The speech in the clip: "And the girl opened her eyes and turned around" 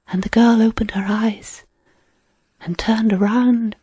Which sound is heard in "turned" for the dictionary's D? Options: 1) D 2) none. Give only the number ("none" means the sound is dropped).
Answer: 1